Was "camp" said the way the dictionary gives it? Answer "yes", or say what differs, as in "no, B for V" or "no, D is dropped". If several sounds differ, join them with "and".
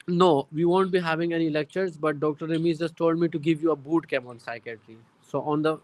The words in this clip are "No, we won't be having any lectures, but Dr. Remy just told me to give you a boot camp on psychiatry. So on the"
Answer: no, P is dropped